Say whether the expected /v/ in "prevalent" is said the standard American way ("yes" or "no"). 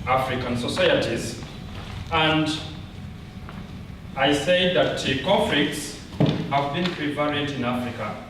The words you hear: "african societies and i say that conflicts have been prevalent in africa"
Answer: no